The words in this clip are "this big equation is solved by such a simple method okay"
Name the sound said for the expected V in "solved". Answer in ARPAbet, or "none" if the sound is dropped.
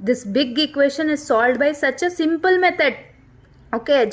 none